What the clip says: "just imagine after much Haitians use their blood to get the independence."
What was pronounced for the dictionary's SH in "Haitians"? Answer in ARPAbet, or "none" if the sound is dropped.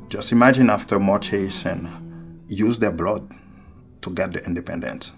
S